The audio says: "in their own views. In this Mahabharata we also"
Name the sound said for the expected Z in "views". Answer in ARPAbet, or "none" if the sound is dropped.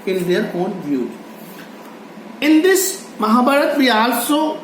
none